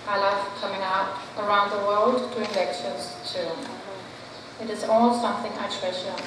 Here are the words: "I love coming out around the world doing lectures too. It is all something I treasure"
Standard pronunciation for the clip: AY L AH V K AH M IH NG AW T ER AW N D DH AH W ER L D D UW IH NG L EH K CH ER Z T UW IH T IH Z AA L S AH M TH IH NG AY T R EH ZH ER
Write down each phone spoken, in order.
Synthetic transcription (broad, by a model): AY L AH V K AH M IH NG AW T ER AW N D DH AH W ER L D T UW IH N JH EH K SH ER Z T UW IH T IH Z AA L S AH M TH IH NG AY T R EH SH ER